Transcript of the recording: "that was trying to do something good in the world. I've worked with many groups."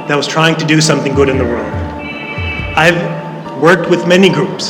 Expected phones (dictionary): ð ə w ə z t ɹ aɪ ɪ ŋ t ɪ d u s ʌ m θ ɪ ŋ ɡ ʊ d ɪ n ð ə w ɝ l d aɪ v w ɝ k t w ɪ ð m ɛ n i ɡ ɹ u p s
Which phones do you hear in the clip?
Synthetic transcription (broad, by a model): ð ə w ə z t ɹ aɪ ɪ ŋ t ɪ d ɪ s ʌ m θ ɪ ŋ ɡ ʊ d ɪ n ð ə w ɝ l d aɪ v w ɝ k t w ɪ ð m ɛ n i ɡ ɹ u p s